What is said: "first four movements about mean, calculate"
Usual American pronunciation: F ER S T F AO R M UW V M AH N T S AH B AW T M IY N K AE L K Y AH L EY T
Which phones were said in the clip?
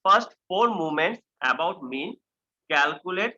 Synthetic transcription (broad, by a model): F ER S T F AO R M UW M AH N T S AH B AW T M IY N K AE L K Y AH L EY T